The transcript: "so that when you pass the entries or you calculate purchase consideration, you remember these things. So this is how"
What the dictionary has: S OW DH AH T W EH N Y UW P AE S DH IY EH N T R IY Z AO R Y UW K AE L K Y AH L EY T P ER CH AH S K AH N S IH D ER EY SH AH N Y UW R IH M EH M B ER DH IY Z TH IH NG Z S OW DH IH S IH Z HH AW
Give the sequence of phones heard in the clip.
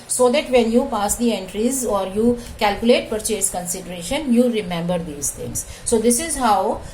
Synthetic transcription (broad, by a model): S OW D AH T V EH N Y UW P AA S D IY EH N T R IY Z AO R Y UW K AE L K Y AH L EY T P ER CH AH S K AH N S IH D ER EY SH AH N Y UW R IH M EH M B ER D IY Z T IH NG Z S OW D IH S IH Z HH AW